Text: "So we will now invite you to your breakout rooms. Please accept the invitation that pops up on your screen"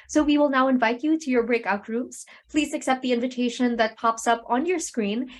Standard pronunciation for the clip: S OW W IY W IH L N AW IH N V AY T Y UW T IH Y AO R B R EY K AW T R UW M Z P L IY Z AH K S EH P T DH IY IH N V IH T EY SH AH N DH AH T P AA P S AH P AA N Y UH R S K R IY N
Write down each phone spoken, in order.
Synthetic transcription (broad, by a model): S OW W IY W IH L N AW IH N V AY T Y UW T IH Y AO R B R EY K AW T R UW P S P L IY Z AH K S EH P T DH IY IH N V IH T EY SH AH N DH AH T P AA P S AH P AA N Y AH R S K R IY N